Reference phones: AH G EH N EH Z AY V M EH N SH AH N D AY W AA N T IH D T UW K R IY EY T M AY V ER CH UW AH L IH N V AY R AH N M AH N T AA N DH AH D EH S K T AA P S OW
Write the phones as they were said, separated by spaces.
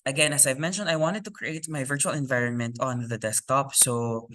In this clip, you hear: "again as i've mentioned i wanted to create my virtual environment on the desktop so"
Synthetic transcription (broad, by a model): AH G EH N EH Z AY V M EH N SH AH N D AY W AA N T IH D T UW K R IY EY T M AY V ER CH UW AH L IH N V AY R AH N M AH N T AA N DH AH D EH S K T AA P S OW